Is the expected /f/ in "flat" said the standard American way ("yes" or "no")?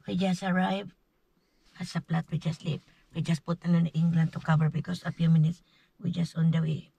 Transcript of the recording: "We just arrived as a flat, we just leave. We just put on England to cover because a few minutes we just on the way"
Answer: no